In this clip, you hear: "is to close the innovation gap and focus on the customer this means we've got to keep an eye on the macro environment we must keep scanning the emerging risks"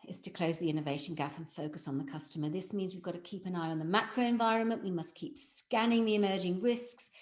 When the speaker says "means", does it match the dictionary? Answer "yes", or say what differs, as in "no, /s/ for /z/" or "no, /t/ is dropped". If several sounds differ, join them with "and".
yes